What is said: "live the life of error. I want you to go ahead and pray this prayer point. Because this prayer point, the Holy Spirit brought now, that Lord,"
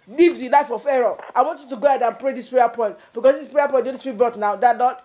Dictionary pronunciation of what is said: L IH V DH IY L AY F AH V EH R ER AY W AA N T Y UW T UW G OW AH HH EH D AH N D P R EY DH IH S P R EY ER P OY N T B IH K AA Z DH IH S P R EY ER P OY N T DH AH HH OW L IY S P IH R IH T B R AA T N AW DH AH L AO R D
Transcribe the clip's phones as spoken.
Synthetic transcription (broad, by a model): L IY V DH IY L AY F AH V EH R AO AY W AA N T Y UW T UW G OW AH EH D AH N P R EY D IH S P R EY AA P OY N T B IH K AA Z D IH S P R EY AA P OY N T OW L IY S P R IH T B AA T N AW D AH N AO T